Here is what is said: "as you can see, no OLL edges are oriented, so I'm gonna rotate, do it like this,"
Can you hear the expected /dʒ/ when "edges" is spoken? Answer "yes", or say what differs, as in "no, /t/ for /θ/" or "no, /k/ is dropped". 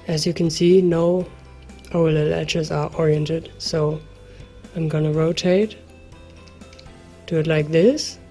no, /tʃ/ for /dʒ/